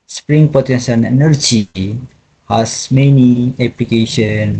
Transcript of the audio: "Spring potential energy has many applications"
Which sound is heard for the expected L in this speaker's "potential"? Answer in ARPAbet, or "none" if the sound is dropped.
N